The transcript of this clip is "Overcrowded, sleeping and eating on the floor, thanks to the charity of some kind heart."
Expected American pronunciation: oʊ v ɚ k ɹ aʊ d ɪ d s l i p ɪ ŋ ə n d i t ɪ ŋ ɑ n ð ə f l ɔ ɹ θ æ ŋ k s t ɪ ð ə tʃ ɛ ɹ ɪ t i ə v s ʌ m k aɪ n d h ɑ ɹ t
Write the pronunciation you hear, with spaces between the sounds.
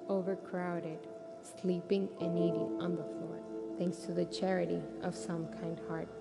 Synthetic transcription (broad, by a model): oʊ v ɚ k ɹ aʊ d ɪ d s l i p ɪ ŋ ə n i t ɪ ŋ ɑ n ð ə f l ɔ ɹ θ æ ŋ k s t ɪ ð ə tʃ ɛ ɹ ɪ t i ə v s ʌ m k aɪ n d h ɑ ɹ t